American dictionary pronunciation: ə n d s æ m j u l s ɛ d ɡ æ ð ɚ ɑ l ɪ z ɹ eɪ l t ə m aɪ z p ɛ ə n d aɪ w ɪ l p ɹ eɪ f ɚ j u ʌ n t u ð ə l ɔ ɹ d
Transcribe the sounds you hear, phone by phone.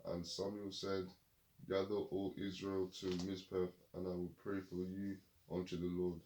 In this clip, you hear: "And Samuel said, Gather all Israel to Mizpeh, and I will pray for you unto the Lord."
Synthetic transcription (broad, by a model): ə n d s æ m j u l s ɛ d ɡ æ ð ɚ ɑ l ɪ z ɹ eɪ l t ə m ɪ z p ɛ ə n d aɪ w ɪ l p ɹ eɪ f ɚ j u ʌ n t u ð ə l ɔ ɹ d